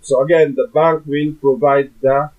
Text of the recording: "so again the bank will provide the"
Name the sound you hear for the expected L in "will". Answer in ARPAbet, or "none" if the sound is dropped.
N